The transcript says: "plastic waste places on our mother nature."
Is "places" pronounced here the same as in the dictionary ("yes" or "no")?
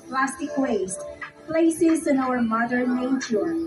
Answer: yes